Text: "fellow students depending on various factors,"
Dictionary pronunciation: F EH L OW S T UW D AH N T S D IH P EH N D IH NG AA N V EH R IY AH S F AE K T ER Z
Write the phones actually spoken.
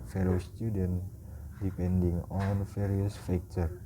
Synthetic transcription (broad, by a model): F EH L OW S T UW D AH N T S D IH P EH N D IH NG AA N F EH R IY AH S F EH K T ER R